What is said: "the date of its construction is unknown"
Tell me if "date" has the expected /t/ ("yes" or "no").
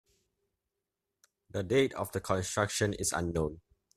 yes